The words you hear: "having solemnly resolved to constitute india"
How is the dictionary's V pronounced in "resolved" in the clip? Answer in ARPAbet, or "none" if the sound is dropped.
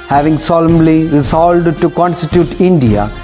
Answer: none